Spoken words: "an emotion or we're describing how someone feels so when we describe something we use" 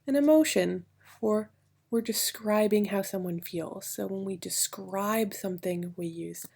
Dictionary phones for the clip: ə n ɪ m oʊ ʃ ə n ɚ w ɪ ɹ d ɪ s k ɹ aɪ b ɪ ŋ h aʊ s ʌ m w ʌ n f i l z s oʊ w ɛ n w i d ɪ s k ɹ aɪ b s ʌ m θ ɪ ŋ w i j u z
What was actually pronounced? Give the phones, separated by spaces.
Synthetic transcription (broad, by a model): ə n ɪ m oʊ ʃ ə n ɚ w ɪ ɹ d ɪ s k ɹ aɪ b ɪ ŋ h aʊ s ʌ m w ʌ n f i l z s oʊ w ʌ n w i d ɪ s k ɹ aɪ b s ʌ m θ ɪ ŋ w i j u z